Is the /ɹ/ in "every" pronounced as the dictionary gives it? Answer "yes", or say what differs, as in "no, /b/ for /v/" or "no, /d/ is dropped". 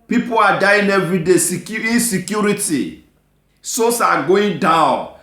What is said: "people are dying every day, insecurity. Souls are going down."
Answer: no, /ɹ/ is dropped